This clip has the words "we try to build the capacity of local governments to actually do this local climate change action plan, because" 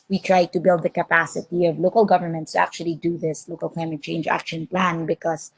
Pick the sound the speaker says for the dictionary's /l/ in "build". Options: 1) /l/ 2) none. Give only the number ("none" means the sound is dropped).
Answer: 1